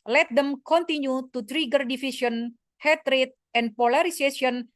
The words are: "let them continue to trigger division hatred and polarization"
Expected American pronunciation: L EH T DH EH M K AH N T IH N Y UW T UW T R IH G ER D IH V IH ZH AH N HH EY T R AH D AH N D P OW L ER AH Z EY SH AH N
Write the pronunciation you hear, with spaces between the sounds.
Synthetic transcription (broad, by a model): L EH T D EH M K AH N T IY N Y UW T UW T R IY G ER D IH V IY S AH N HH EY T R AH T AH N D P OW L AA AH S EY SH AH N